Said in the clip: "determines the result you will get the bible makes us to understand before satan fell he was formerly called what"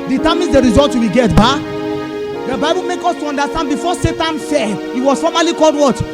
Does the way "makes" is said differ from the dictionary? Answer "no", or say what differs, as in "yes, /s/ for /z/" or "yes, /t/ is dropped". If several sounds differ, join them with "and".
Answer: yes, /s/ is dropped